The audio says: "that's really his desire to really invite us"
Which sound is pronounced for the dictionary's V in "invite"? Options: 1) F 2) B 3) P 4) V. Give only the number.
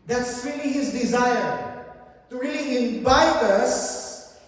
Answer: 2